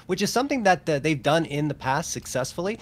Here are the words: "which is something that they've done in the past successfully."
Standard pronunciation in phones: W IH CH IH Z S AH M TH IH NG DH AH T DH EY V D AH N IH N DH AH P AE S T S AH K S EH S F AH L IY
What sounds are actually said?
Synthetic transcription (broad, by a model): W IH CH IH Z S AH M TH IH NG DH AH T DH EY V D AH N IH N DH AH P AE S T S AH K S EH S F L IY